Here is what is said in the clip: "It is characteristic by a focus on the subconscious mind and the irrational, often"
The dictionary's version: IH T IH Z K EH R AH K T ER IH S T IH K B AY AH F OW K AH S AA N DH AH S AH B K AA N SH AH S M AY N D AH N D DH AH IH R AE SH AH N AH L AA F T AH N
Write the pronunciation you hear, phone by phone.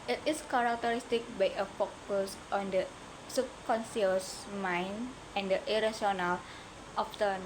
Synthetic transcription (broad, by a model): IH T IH S K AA R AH K T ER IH S T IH K B AY AH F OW K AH S AA N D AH S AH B K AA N S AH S M AY N AH N D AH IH R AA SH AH N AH L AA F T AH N